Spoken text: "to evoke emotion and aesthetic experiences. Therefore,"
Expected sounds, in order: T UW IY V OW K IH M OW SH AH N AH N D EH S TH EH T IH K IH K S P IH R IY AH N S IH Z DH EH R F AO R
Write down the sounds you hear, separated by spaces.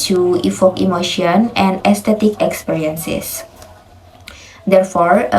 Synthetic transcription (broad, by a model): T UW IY F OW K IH M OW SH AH N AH N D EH S T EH T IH K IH K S P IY R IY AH N S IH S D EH R F AO R